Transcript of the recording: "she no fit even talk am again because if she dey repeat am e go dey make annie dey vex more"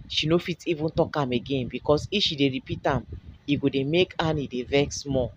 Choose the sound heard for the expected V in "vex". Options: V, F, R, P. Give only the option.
V